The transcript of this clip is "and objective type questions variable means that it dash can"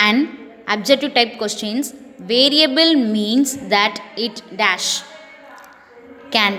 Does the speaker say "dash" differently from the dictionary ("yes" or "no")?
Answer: no